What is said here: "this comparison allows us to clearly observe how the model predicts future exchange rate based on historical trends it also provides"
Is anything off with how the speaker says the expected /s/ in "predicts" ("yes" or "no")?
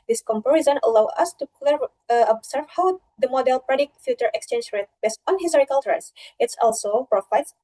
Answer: yes